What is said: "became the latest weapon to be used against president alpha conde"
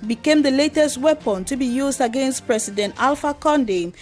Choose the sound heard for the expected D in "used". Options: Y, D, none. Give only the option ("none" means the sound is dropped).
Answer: D